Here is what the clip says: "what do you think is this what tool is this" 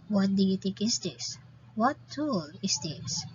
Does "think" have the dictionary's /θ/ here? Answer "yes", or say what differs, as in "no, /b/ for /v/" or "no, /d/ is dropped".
no, /t/ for /θ/